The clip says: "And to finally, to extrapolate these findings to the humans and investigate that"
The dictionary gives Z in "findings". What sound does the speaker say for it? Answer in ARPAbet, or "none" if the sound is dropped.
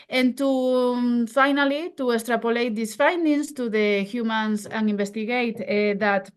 S